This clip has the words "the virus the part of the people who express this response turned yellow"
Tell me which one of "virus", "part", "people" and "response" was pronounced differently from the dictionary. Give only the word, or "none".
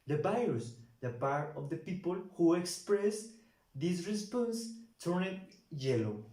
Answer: virus